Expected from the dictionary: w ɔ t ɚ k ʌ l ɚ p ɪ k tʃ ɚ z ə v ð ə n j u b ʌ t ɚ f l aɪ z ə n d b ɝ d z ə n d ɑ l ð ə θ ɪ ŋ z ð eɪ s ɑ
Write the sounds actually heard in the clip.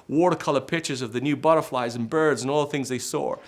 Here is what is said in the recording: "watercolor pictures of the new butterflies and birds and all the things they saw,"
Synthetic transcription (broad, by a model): w ɔ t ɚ k ʌ l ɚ p ɪ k tʃ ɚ z ə v ð ə n j u b ʌ t ɚ f l aɪ z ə n b ɝ d z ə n ɑ l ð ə θ ɪ ŋ z ð eɪ s ɑ